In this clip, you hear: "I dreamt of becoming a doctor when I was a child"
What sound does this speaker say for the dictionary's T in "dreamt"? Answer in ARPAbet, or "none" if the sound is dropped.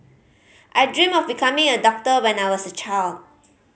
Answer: none